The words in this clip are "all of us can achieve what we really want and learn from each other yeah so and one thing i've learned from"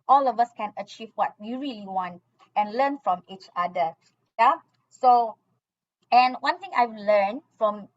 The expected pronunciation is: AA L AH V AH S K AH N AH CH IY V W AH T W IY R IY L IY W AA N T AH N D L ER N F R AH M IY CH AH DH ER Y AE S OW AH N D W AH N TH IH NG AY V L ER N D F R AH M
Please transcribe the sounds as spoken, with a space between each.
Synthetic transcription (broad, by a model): AA L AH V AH S K AH N AH CH IY V W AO T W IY R IY L IY W AA N T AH N L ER N F R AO M IY CH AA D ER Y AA S OW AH N W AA N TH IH NG AY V L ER N F R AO M